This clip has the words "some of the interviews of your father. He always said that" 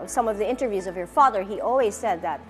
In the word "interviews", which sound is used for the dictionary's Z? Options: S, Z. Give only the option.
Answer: Z